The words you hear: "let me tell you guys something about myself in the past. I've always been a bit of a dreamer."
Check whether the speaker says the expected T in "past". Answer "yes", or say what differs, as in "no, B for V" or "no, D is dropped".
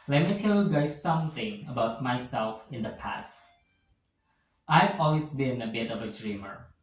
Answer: yes